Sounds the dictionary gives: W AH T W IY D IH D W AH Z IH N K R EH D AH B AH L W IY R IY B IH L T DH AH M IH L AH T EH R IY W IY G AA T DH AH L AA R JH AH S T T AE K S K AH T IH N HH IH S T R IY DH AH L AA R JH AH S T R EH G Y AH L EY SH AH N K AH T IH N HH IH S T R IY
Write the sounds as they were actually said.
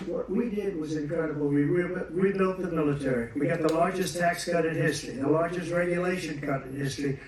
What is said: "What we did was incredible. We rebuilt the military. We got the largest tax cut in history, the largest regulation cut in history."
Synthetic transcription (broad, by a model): W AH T W IY D IH D W AH Z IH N K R EH D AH B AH L W IY W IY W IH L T DH AH M IH L AH T EH R IY W IY G AA T DH AH L AA R JH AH S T T AE K S K AH T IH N HH IH S T R IY DH AH L AA R JH AH S T R EH G Y AH L EY SH AH N K AH T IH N HH IH S T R IY